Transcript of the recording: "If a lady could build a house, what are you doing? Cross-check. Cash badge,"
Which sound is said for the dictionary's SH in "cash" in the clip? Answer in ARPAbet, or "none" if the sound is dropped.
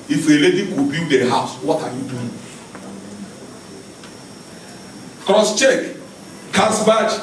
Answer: S